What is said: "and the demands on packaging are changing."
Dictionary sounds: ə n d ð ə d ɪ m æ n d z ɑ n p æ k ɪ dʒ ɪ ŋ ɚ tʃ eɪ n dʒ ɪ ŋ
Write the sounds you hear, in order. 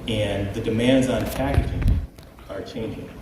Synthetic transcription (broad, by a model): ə n ð ə d ɪ m æ n d z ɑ n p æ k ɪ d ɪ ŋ ɚ tʃ eɪ n dʒ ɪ ŋ